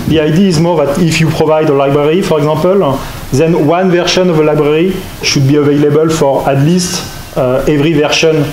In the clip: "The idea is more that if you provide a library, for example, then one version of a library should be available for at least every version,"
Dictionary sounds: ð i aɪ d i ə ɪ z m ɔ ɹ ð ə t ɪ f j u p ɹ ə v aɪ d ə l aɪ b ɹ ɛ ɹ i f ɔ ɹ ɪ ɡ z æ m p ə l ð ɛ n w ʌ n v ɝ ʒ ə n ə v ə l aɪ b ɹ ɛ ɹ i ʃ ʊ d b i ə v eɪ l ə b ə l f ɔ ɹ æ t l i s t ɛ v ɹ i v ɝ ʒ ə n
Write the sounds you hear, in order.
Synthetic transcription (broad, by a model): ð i aɪ d i ə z m ɔ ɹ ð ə t ɪ f j u p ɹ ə v aɪ d ə l aɪ b ɹ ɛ ɹ i f ɔ ɹ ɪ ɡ z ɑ p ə l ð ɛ n w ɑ n v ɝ ʃ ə n ə v ə l aɪ b ɹ ɛ ɹ i ʃ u d b i ə v eɪ l ə b ə l f ɔ ɹ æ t l i s t ɛ v ɹ i v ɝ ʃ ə n